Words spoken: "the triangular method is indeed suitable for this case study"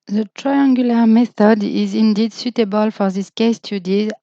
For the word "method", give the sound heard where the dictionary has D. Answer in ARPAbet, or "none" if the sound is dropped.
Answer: D